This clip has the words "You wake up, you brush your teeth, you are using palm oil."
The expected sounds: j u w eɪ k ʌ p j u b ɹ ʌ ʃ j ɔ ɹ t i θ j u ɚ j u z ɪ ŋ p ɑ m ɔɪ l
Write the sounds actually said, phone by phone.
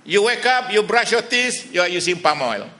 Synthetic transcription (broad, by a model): j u w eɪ k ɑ p j u b ɹ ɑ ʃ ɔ t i s j u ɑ j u s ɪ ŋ p ɑ m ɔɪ l